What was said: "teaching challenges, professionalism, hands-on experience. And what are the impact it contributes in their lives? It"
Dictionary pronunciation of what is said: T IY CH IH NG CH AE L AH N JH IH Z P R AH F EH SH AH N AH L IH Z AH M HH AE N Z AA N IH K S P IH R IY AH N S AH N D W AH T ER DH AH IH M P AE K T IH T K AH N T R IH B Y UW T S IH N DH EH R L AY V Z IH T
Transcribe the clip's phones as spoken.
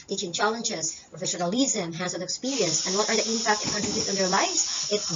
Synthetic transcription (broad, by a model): T IY CH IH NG CH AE L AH N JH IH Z P R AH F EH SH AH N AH L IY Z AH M HH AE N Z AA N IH K S P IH R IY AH N S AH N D W AH T ER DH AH IH M P AE K T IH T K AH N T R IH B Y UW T IH N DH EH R L AY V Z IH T